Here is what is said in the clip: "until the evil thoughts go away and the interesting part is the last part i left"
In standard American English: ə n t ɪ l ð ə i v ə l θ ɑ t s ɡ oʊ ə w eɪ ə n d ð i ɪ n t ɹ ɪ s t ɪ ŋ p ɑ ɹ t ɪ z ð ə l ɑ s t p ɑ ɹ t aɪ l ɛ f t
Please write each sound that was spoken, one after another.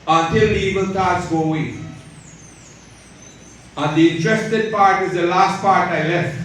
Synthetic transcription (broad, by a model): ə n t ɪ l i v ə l t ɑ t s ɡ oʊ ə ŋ ə n d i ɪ n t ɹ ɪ s t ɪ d p ɑ ɹ t ɪ z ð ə l ɑ s t p ɑ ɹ t aɪ l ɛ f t